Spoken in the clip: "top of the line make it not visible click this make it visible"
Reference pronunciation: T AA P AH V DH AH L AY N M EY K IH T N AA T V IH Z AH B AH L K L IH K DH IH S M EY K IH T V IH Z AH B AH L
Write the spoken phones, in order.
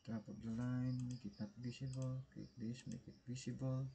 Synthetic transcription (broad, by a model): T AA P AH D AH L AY N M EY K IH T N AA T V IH S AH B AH L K IH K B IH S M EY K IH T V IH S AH B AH L